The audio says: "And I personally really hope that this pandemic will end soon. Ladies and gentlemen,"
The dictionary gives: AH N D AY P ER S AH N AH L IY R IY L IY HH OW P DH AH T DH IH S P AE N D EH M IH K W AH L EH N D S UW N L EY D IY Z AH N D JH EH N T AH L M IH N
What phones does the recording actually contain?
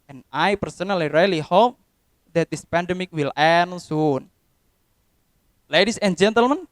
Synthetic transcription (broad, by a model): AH N AY P ER S AH N AH L IY R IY L IY HH OW P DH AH T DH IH S P AE N D EH M IH K W AH L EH N S UW N L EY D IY S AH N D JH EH N T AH L M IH N